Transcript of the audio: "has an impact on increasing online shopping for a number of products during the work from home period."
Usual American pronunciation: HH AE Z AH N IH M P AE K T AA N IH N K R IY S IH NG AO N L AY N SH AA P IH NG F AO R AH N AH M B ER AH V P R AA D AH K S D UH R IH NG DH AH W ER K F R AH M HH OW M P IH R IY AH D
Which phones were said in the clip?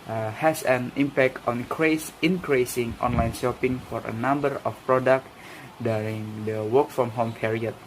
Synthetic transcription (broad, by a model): HH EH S AH N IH M P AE K T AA N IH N K R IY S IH NG AO N L AY N SH AA P IH NG F AO R AH N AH M B ER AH F P R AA D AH K D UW R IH NG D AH W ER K F R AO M HH OW M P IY R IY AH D